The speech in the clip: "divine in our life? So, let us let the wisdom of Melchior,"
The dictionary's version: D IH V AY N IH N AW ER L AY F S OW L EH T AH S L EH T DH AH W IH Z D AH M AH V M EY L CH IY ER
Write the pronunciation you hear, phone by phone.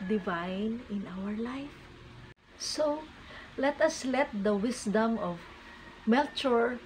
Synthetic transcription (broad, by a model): D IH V AY N IH N AW ER L AY F S OW L EH T AH S L EH T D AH W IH S D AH M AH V M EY L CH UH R